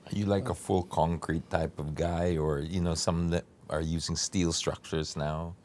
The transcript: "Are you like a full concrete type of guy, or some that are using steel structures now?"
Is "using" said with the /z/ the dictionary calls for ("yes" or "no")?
yes